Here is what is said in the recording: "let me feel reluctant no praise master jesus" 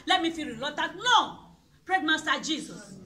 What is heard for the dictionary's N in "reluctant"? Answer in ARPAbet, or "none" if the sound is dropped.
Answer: none